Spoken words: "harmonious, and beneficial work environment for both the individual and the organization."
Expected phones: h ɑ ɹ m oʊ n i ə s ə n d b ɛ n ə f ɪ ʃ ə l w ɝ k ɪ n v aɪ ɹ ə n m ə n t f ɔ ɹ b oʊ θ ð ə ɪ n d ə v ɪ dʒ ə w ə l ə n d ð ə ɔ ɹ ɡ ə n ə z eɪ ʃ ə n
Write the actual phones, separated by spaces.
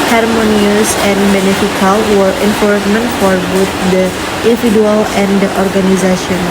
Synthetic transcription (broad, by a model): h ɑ ɹ m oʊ n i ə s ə n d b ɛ n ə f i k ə l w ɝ ɪ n f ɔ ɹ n m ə n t f ɔ ɹ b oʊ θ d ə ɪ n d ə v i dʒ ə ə l ə n d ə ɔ ɹ ɡ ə n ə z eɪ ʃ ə n